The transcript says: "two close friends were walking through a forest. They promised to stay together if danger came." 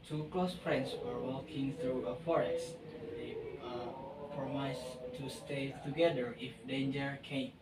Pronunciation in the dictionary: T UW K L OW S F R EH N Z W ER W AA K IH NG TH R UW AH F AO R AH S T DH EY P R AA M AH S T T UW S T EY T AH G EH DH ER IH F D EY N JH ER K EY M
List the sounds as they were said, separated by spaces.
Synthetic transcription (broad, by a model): T UW K L OW S F R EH N S W ER W AA K IH NG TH R UW AH F AO R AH S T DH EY P R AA M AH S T T UW S T EY T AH G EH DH ER IH F D EY N JH ER K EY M